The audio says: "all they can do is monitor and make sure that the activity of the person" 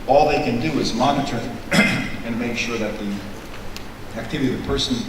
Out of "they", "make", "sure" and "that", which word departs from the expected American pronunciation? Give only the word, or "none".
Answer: none